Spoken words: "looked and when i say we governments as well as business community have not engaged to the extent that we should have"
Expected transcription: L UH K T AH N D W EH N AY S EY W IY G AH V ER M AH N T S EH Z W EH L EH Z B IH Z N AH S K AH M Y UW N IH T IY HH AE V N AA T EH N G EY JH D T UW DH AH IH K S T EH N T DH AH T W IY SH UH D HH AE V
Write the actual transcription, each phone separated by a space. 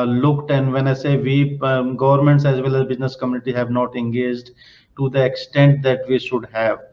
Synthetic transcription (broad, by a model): L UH K T AH N D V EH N AY S EY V IY G AH V ER M AH N T S EH Z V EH L EH Z B IH Z N AH S K AH M Y UW N IH T IY HH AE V N AA T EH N G EY JH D T UW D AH IH K S T EH N T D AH T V IY SH UH D HH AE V